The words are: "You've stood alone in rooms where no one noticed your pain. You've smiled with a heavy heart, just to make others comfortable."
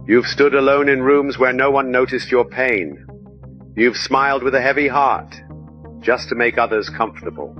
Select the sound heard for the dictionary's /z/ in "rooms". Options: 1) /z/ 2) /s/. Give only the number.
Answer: 1